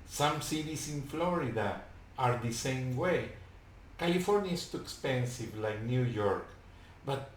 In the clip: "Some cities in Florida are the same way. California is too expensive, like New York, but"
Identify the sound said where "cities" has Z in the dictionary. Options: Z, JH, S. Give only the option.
S